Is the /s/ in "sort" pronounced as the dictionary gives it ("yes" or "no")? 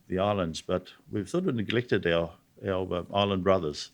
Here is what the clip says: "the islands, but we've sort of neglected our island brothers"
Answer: no